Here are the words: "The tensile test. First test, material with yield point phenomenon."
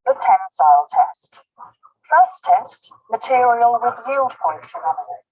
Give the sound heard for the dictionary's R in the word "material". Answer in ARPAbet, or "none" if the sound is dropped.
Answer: R